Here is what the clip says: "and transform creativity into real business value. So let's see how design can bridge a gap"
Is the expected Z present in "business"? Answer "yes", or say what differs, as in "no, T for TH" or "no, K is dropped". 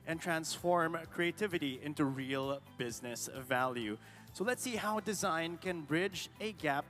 yes